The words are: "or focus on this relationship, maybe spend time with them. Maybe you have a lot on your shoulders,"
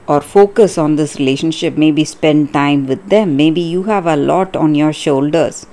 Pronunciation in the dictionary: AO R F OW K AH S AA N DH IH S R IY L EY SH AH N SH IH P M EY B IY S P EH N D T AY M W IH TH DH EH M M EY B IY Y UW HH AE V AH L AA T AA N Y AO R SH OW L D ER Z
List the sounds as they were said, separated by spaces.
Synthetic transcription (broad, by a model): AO R F OW K AH S AA N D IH S R IY L EY SH AH N SH IH P M EY B IY S P EH N D T AY M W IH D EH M M EY B IY Y UW HH AE V AH L AA T AA N Y AO R SH OW L D ER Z